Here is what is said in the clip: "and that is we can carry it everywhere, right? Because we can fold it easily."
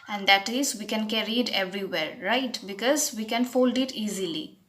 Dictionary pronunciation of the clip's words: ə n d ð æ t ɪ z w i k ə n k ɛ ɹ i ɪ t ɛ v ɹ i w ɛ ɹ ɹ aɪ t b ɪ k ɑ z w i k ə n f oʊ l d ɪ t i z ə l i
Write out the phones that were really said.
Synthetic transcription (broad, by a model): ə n d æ t ɪ z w i k ə n k ɛ ɹ i ɪ t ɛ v ɹ i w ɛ ɹ ɹ aɪ t b ɪ k ɑ z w i k ə n f oʊ l d ɪ t i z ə l i